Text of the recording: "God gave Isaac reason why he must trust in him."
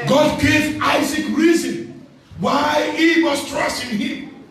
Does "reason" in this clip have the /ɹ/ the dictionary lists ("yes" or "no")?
yes